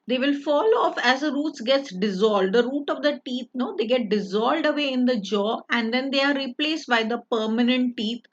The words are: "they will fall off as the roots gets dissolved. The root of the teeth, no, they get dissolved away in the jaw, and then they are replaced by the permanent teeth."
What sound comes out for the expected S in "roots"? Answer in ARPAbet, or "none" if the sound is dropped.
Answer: S